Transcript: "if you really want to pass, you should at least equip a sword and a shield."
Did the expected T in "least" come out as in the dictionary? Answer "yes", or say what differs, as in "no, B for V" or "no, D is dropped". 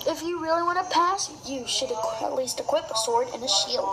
yes